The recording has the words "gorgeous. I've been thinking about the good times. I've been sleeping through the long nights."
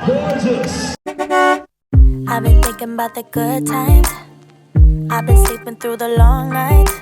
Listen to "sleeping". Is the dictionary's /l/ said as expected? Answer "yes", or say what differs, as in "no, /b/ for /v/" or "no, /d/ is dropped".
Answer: no, /l/ is dropped